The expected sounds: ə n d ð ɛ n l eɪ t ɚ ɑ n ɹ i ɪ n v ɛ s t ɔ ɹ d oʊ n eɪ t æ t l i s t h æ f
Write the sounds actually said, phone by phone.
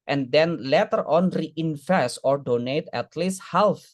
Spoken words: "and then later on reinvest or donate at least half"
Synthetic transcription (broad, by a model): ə n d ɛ n l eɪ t ɚ ɑ n ɹ i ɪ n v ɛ s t ɔ ɹ d oʊ n eɪ t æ t l i s t h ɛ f